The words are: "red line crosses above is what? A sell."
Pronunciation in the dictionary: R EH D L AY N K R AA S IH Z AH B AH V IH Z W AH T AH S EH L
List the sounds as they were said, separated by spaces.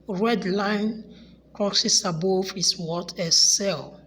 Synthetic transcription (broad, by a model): R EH D L AY N K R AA S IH S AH B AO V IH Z W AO T AH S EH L